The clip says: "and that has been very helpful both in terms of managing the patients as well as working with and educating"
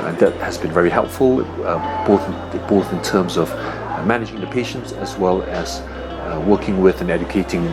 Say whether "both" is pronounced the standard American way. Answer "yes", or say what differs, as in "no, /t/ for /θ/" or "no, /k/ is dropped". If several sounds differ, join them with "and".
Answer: yes